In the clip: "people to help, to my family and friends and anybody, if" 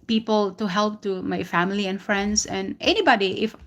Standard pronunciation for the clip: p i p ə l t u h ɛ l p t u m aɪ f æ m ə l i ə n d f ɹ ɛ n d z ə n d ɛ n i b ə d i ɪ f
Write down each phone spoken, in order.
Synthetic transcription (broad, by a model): p i p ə l t u h ɛ l p t u m aɪ f æ m ə l i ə n f ɹ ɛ n d s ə n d ɛ n i b ə d i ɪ f